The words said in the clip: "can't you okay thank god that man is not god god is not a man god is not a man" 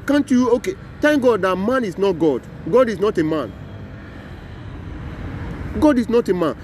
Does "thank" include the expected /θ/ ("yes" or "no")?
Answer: no